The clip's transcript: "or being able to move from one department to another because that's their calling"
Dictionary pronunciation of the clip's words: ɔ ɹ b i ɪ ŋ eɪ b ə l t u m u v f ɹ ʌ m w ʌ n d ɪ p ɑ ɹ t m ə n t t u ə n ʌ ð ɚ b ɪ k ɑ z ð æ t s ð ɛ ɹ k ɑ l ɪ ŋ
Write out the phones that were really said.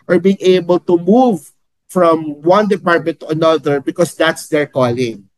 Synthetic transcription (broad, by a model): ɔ ɹ b i ɪ ŋ eɪ b ə l t u m u v f ɹ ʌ m w ʌ n d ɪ p ɑ ɹ t m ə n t t u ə n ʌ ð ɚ b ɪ k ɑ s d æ t s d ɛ ɹ k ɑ l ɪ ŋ